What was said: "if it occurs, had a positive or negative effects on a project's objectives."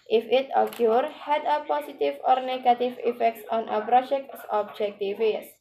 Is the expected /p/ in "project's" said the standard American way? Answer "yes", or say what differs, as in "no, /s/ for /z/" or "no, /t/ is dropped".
no, /b/ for /p/